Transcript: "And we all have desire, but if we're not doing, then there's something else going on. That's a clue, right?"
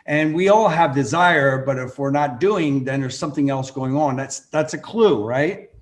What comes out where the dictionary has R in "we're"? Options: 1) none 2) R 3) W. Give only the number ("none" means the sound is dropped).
2